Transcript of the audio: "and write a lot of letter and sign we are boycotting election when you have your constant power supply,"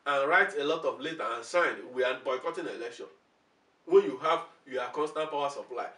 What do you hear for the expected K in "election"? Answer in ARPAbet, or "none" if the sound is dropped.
K